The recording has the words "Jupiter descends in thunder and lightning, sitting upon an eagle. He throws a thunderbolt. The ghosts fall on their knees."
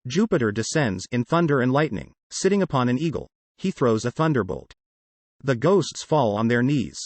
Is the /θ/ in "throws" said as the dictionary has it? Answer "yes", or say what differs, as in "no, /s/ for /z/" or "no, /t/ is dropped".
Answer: yes